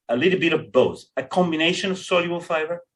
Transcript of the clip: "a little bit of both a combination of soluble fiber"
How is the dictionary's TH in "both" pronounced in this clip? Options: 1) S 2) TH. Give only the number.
1